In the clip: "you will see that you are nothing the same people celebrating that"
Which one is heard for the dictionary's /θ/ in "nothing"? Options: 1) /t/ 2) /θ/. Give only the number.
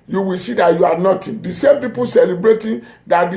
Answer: 1